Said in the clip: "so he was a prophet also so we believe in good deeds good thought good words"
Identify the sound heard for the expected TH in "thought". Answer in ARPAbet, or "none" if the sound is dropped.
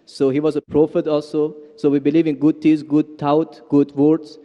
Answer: T